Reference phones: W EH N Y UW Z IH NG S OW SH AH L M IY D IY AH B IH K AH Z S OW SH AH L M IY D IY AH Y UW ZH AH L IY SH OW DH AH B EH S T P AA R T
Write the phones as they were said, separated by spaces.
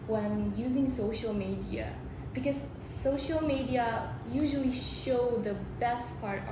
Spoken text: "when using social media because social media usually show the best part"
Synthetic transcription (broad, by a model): W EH N Y UW Z IH NG S OW SH AH L M IY D IY AH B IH K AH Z S OW SH AH L M IY D IY AH Y UW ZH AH L IY SH OW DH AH B EH S T P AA R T